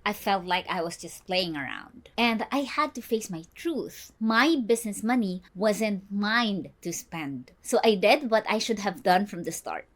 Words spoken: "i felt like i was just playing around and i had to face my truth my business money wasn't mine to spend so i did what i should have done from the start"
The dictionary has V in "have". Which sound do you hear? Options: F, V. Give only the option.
V